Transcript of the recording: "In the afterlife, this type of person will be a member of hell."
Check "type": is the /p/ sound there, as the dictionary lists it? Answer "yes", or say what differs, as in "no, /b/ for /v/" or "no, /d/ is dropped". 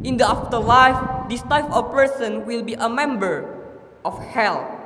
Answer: no, /f/ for /p/